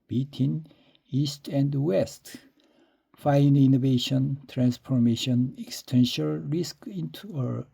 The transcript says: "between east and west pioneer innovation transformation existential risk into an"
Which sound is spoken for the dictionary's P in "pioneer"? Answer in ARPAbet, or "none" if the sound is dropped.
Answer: F